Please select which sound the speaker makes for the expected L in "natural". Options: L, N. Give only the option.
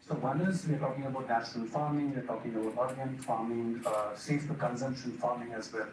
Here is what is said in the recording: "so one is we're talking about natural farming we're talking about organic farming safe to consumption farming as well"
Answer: N